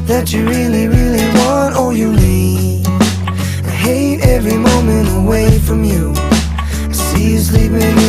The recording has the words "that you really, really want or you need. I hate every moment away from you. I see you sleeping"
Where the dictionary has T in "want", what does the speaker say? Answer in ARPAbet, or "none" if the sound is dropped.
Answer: T